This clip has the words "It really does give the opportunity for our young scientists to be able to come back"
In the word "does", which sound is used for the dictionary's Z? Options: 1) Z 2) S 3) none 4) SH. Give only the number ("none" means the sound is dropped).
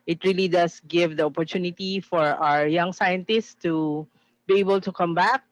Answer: 2